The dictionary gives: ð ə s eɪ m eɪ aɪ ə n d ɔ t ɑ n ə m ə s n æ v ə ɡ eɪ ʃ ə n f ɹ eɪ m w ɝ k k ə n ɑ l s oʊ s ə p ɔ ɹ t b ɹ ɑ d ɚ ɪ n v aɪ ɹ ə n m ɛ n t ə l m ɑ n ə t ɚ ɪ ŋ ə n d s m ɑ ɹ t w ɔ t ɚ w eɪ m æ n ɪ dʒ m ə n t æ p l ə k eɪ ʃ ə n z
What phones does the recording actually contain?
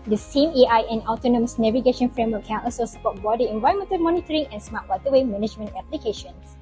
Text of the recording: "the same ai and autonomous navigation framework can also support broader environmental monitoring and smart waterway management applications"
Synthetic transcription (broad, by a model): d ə s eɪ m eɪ aɪ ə n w t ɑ n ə m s n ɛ v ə ɡ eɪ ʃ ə n f ɹ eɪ m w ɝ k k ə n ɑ s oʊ s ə p ɔ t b ɑ d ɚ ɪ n v aɪ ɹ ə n m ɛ n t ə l m ɑ n ə t ɚ ɪ ŋ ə n s m ɑ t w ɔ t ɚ w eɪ m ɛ n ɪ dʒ m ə n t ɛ p l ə k eɪ ʃ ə n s